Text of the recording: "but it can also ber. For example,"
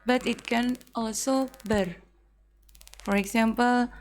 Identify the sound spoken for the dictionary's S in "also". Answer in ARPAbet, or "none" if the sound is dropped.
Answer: S